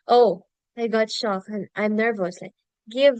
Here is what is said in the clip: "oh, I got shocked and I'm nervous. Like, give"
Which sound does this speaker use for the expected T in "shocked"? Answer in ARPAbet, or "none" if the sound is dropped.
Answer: none